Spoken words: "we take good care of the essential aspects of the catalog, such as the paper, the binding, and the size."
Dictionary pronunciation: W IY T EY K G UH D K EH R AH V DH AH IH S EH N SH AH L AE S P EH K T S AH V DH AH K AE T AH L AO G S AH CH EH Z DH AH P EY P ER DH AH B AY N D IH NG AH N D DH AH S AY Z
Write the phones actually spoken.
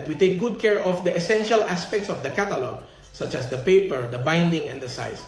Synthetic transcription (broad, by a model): W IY T EY K G UH D K EH R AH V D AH IH S EH N SH AH L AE S P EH K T S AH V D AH K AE T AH L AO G S AH CH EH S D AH P EY P ER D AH B AY N D IH NG AH N D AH S AY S